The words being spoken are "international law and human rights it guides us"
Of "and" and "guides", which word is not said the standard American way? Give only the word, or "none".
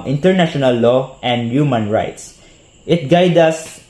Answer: guides